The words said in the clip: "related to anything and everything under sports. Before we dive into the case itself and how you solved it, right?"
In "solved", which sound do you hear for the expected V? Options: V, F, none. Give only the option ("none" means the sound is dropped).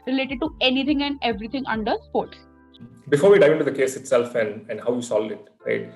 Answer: none